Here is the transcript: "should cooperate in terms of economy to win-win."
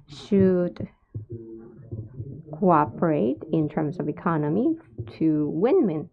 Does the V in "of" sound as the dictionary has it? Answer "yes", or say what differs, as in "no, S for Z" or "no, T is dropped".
yes